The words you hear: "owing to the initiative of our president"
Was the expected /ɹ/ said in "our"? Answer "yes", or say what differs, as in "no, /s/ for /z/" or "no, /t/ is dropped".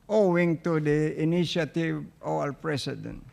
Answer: no, /l/ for /ɹ/